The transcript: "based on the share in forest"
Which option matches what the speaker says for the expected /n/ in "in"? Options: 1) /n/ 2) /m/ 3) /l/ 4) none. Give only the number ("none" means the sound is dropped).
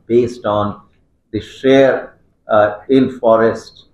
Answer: 3